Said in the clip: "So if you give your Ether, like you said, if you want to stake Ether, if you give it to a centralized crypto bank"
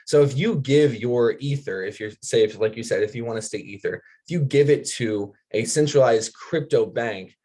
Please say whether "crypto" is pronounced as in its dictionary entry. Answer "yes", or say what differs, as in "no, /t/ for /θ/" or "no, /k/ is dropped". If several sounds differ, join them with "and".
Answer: yes